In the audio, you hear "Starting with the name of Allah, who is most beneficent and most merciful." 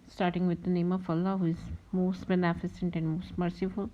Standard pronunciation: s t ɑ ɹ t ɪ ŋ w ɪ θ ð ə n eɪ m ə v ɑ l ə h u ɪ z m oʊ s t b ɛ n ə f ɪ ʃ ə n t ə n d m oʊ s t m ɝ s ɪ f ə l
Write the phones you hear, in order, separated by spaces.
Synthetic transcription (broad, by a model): s t ɑ ɹ t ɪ ŋ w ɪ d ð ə n eɪ m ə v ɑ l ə h u ɪ z m oʊ s t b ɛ n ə f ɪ s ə n t ə n d m oʊ s t m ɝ s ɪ f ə l